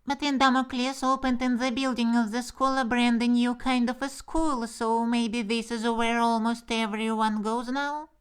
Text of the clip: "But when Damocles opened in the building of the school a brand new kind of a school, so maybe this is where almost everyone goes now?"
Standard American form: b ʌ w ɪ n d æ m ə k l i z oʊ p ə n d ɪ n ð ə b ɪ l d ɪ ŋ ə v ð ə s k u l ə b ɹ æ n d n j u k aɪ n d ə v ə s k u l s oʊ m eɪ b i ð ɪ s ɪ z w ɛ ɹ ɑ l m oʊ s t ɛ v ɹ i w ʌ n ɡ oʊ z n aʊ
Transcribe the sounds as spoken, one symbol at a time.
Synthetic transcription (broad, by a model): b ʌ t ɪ n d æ m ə k l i s oʊ p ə n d ɪ n ð ə b ɪ l d ɪ ŋ ə v ð ə s k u l ə b ɹ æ n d n j u k aɪ n d ə v ə s k u l s oʊ m eɪ b i ð ɪ s ɪ z w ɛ ɹ ɑ l m oʊ s t ɛ v ɹ i w ʌ n ɡ oʊ z n aʊ